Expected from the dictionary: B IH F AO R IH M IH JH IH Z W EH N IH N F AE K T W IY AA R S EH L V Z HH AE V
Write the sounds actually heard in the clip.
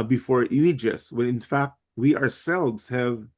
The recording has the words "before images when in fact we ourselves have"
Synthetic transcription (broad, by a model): B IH F AO R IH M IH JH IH S W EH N IH N F AE K T W IY AA R S EH L V Z HH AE V